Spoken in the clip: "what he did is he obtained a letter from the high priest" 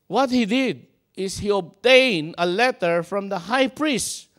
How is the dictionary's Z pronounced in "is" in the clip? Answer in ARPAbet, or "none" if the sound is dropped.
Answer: S